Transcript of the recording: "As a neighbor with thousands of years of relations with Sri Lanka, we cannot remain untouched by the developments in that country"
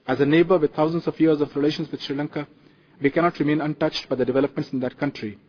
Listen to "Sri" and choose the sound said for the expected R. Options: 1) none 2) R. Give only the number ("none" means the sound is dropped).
2